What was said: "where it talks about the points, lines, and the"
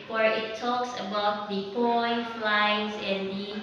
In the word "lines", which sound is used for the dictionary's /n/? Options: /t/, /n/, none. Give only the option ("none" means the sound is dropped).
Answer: none